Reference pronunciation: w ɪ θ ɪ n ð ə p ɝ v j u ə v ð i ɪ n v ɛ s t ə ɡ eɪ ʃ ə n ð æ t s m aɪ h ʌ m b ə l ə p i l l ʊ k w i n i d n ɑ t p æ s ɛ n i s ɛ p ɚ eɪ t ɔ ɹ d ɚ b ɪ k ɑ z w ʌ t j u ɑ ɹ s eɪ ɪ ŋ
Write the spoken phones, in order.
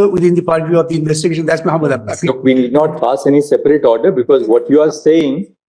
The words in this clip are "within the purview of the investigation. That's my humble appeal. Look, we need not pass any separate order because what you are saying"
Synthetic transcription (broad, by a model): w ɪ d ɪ n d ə p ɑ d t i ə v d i ɪ n v ɛ s t ə ɡ eɪ ʃ ə n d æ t s m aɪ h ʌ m ə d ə ɑ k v i n i d n ɑ t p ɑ s ɛ n i s ɛ p ɚ eɪ t ɔ ɹ d ɚ b ɪ k ɑ z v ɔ t j u ɑ ɹ s eɪ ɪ ŋ